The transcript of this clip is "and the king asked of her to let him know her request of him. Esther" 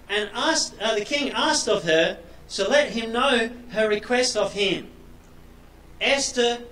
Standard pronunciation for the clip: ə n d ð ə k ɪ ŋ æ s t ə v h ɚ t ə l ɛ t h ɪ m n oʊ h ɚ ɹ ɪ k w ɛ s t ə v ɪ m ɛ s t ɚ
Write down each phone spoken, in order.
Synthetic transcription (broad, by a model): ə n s ð ə k ɪ ŋ æ s t ə v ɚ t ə l ɛ t h ɪ m n oʊ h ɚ ɹ ɪ k w ɛ s t ə v ɪ m ɛ s t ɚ